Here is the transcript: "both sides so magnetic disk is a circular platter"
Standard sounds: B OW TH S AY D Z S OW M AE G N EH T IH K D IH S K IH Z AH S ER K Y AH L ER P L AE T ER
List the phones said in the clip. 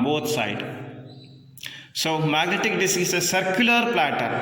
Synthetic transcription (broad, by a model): B OW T S AY D S OW M AE G N EH T IH K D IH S IH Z AH S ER K Y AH L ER P L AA T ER